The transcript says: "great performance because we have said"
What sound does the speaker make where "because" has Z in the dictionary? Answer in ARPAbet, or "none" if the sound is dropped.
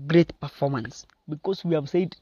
S